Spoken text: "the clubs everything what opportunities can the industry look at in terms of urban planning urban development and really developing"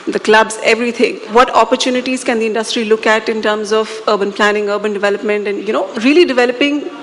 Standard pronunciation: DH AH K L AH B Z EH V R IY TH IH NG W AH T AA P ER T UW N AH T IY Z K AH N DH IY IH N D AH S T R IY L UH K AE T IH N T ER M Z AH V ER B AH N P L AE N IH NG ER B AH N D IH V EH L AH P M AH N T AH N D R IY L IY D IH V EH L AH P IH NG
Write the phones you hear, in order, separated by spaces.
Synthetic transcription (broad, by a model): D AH K L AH B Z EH V R IY T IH NG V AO T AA P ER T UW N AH T IY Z K AH N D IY IH N D AH S T R IY L UH K AE T IH N T ER M Z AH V ER B AH N P L AE N IH NG ER B AH N D IH V EH L AH P M AH N T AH N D R IY L IY D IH V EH L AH P IH NG